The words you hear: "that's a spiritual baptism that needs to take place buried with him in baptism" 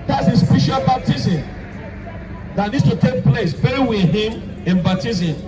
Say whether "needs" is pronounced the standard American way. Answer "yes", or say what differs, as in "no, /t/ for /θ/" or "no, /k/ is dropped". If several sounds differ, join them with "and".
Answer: no, /s/ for /z/